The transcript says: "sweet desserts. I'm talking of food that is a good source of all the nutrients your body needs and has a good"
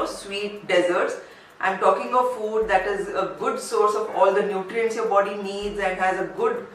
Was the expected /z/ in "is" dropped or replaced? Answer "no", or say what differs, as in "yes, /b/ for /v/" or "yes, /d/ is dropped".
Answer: no